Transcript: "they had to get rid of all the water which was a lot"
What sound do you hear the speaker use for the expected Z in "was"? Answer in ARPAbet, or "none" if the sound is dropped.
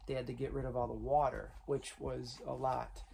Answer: Z